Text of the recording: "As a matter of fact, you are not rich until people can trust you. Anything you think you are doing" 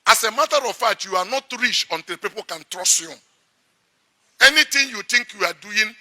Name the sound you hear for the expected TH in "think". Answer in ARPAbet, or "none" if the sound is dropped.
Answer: T